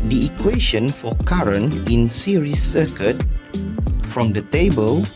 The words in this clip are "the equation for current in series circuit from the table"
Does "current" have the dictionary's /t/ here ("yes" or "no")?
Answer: no